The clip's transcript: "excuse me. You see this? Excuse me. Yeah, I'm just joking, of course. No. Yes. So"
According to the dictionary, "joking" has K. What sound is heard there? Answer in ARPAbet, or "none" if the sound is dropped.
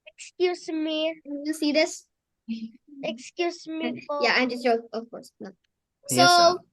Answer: none